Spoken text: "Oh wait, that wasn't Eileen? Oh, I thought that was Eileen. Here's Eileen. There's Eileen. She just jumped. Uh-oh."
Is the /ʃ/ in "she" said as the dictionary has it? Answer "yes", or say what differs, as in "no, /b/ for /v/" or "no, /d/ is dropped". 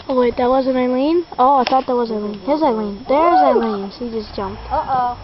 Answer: no, /s/ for /ʃ/